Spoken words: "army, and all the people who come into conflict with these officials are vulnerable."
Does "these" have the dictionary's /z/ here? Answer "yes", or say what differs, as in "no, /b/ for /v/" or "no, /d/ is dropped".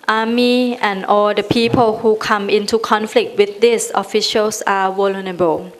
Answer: no, /s/ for /z/